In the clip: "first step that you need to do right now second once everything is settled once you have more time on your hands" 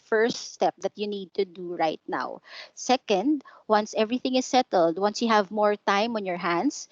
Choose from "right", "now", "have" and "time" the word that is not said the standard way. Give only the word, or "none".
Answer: none